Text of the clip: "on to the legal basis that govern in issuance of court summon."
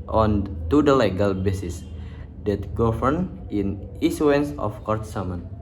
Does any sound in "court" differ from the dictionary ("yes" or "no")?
no